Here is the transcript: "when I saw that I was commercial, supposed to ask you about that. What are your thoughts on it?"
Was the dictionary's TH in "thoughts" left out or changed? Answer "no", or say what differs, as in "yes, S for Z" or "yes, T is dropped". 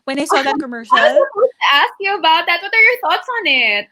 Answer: no